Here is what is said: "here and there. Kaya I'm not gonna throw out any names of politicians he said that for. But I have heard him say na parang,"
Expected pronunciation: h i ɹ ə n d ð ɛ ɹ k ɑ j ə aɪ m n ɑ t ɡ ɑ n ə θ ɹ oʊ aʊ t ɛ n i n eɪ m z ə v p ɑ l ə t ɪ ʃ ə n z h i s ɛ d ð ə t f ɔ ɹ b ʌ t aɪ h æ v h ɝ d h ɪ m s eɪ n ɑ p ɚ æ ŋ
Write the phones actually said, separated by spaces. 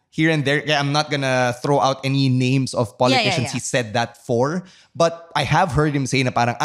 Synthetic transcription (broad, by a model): h i ɹ ə n d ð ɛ ɹ k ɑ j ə aɪ m n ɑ t ɡ ɑ n ə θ ɹ oʊ aʊ t ɛ n i n eɪ m s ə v p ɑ l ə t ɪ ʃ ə n s h i s ɛ d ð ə t f ɔ ɹ b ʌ t aɪ h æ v h ɝ d h ɪ m s eɪ n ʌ p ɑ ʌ ŋ